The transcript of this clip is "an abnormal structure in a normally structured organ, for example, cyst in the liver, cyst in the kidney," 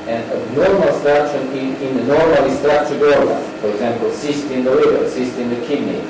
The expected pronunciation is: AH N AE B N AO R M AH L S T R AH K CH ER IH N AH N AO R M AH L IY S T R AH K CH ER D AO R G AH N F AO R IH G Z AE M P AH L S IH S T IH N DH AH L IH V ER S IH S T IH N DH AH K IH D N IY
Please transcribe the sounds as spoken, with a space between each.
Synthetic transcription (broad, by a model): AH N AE N AO R M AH L S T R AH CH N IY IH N AH N AO R M AH L IY S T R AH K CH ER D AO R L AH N F AO R IH G Z AE M P AH L S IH S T IH N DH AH W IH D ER S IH S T IH N DH AH K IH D N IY